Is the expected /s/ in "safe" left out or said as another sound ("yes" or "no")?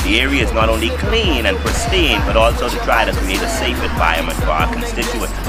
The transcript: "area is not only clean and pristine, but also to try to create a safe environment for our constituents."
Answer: no